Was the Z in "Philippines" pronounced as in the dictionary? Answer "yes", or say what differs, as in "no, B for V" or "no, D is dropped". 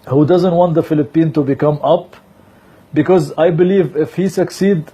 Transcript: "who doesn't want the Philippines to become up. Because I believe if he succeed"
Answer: no, Z is dropped